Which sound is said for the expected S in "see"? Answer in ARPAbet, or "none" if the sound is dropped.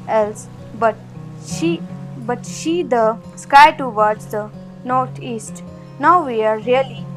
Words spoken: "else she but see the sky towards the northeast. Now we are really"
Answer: SH